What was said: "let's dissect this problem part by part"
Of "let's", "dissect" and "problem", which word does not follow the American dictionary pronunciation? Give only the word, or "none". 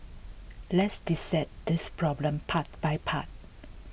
dissect